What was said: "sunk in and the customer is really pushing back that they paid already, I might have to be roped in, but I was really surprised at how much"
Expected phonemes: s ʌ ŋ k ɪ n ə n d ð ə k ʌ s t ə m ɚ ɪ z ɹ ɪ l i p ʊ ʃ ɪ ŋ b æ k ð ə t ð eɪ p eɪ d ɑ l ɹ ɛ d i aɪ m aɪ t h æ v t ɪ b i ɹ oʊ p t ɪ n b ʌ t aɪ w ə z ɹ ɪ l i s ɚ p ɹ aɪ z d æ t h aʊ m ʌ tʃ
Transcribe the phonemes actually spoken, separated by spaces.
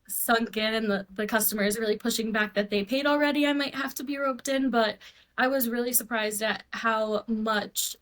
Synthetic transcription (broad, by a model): s ʌ ŋ k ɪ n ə n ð ð ə k ʌ s t ə m ɚ z ɹ ɪ l i p ʊ ʃ ɪ ŋ b æ k ð ə t ð eɪ p eɪ d l ɹ ɛ d i aɪ m aɪ t h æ f t ɪ b i ɹ oʊ p t ɪ n b ʌ t aɪ w ə z ɹ ɪ l i s ɚ p ɹ aɪ z d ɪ t h aʊ m ʌ tʃ